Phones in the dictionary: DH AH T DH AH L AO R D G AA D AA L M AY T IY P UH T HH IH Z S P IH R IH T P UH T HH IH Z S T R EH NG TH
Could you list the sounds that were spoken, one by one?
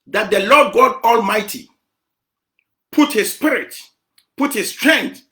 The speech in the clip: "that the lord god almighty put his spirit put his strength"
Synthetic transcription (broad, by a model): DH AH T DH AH L AO D G AA D AA L M AY T IY P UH T HH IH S P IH R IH T P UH T HH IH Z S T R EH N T